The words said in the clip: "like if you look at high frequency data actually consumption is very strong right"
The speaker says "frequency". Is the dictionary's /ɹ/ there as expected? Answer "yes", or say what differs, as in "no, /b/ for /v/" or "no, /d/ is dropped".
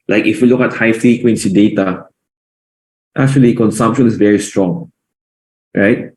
no, /ɹ/ is dropped